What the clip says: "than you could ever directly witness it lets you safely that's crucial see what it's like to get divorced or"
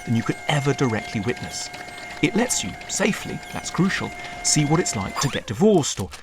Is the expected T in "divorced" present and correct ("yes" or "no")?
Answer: yes